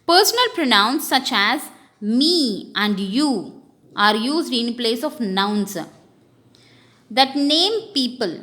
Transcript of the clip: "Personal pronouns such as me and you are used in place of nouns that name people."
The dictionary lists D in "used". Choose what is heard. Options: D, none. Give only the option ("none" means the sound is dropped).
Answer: D